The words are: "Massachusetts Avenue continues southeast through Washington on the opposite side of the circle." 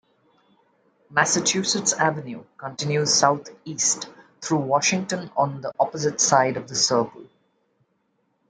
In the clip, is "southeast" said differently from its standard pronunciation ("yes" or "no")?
yes